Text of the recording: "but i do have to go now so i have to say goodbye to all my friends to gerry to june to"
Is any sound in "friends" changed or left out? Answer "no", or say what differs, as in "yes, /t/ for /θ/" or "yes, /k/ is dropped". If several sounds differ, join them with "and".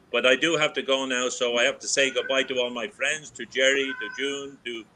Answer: no